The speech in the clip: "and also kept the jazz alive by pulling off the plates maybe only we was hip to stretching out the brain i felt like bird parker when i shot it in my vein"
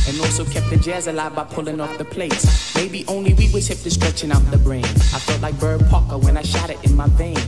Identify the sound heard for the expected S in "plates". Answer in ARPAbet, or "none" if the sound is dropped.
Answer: S